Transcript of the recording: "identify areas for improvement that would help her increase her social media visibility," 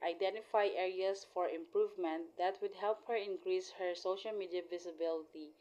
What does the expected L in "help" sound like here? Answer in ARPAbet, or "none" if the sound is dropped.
L